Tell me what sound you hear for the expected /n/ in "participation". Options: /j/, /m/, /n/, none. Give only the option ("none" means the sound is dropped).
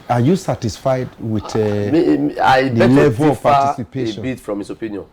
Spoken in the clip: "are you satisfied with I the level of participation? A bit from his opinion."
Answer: none